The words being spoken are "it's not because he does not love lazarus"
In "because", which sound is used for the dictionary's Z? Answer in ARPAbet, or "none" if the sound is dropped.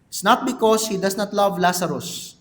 S